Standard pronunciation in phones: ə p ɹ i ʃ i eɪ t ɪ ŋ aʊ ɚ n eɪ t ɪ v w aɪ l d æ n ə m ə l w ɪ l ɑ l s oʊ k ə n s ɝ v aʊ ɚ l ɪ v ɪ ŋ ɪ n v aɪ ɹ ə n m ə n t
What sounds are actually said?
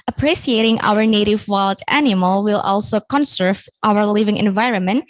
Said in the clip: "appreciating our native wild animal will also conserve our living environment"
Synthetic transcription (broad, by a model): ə p ɹ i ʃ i eɪ t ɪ ŋ aʊ ɚ n eɪ t ɪ v w aɪ l d æ n ə m ə l w ɪ l ɑ l s oʊ k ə n s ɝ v aʊ ɚ l ɪ v ɪ ŋ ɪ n v aɪ ɹ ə n m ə n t